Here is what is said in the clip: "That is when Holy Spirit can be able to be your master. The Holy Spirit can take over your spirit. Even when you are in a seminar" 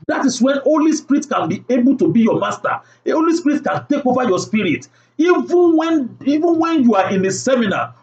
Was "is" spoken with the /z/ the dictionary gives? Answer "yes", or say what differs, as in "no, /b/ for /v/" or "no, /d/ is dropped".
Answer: no, /s/ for /z/